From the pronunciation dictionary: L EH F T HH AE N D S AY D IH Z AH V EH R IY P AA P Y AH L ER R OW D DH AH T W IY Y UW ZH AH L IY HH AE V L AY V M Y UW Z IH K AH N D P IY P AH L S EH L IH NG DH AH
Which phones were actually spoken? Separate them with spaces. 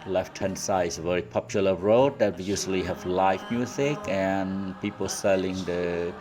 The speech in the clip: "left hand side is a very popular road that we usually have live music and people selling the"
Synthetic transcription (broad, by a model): L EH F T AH N S AY IH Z AH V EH R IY P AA P Y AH L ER R OW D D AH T W IY Y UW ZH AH L IY HH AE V L AY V M Y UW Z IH K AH N P IY P AH L S EH L IH NG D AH